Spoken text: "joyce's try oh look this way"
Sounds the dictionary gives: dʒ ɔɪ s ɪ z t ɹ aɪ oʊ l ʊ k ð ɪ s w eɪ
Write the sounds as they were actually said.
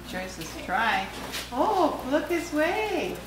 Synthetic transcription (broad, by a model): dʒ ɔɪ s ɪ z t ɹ aɪ oʊ l ʊ k ð ɪ s w eɪ